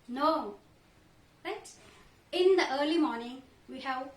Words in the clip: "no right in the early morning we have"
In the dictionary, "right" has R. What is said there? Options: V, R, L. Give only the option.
L